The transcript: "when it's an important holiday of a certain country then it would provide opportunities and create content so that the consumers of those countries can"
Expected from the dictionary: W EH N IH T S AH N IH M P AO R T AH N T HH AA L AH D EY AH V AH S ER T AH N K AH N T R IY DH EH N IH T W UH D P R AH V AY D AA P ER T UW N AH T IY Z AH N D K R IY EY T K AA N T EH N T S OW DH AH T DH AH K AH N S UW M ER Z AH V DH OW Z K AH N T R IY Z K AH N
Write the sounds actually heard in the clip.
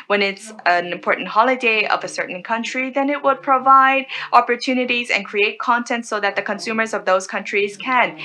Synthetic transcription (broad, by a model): W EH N IH T S AH N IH M P AO R T N T HH AA L AH D EY AH V AH S ER T N K AH N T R IY DH EH N IH T W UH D P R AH V AY D AA P ER T UW N AH T IY Z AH N K R IY EY T K AA N T EH N T S OW DH AH T DH AH K AH N S UW M ER Z AH V DH OW Z K AH N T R IY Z K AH N